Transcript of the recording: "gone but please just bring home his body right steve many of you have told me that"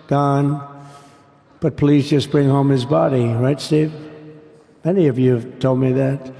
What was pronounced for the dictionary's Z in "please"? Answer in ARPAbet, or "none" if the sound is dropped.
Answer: Z